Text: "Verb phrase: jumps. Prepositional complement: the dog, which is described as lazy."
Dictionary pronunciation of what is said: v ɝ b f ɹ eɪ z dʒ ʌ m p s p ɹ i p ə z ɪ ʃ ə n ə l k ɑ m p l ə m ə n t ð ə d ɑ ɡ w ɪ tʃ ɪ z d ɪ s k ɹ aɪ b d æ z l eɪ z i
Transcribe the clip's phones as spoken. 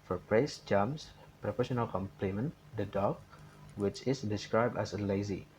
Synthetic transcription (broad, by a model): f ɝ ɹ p ɹ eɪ s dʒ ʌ m s p ɹ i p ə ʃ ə n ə l k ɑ m p l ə m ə n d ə d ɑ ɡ w ɪ tʃ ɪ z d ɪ s k ɹ aɪ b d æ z l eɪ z i